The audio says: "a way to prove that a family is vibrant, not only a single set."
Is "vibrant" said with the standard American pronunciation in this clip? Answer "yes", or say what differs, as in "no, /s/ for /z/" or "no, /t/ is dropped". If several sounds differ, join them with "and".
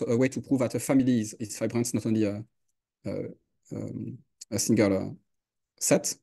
no, /f/ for /v/